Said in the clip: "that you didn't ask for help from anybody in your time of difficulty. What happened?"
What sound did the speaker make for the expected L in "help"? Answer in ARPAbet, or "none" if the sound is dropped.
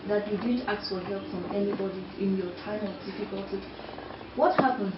L